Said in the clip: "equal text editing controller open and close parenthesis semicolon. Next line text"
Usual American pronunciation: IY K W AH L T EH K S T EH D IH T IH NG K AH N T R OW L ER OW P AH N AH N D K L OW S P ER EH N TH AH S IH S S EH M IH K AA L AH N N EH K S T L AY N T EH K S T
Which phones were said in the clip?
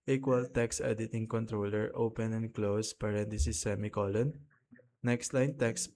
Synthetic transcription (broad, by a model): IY K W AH L T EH K S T EH D IH T IH NG K AH N T R OW L ER OW P AH N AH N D K L OW S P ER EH N T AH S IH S S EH M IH K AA L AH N N EH K S T L AY N T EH K S